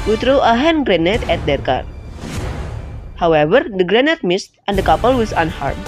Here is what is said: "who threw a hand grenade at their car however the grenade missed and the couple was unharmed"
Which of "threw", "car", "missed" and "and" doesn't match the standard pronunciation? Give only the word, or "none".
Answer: threw